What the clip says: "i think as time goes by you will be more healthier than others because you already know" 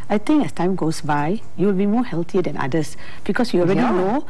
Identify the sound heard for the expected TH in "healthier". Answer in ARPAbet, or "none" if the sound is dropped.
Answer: T